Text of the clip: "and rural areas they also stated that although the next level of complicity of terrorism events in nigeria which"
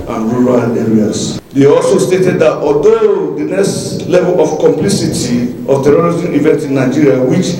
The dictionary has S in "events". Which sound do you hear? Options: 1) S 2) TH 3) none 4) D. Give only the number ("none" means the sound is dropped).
3